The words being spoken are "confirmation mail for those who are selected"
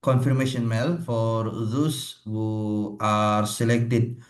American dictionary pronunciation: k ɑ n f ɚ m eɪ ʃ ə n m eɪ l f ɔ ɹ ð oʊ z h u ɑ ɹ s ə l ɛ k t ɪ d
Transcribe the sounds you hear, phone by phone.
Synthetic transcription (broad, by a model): k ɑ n f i m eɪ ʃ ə n m eɪ l f ɔ ɹ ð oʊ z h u ɑ ɹ s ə l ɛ k t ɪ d